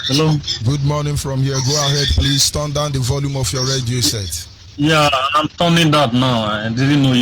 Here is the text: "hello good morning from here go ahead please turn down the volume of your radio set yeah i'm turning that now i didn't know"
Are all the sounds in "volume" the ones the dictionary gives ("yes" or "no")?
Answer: yes